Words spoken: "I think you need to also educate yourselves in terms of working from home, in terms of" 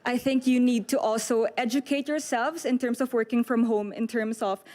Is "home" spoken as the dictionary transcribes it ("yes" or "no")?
yes